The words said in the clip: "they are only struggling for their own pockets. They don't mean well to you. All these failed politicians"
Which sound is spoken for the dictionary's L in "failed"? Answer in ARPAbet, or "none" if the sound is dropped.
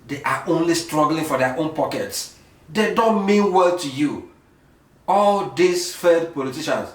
none